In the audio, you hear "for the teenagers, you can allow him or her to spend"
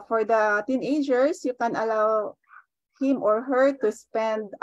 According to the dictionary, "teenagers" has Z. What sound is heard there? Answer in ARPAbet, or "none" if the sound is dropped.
S